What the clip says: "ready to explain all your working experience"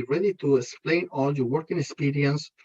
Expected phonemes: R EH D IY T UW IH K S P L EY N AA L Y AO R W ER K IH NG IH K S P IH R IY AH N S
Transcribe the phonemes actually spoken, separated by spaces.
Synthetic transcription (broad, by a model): R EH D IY T UW IH K S P L EY N AA L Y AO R W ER K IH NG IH K S P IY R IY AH N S